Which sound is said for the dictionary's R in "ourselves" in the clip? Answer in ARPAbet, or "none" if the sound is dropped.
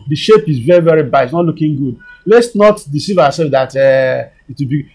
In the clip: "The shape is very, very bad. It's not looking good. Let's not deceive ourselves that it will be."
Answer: W